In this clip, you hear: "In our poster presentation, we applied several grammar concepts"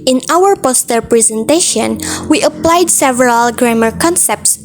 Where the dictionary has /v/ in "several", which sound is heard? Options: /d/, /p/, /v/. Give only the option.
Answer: /v/